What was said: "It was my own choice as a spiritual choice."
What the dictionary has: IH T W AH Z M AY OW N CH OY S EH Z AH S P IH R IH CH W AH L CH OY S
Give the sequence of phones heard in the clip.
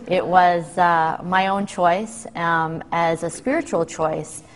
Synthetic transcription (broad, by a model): IH T W AH Z M AY OW N CH OY S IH Z AH S P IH R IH CH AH L CH OY S